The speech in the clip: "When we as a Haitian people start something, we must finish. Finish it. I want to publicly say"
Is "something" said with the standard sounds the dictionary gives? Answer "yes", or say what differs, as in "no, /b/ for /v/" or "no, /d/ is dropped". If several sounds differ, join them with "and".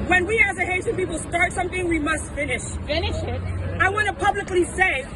yes